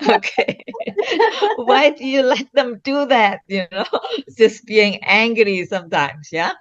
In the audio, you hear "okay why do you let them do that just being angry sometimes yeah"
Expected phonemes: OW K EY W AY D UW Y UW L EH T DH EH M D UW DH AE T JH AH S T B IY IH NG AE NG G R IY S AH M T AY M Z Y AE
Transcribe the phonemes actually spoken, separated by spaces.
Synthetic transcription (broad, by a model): OW K EY W AY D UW Y UW L EH T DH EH M D UW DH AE T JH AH S B IY IH NG AE NG G R IY S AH M T AY M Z Y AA